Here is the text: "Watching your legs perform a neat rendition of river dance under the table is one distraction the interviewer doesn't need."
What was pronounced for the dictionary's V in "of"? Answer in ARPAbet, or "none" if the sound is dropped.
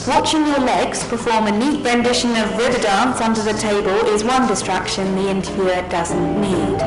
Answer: V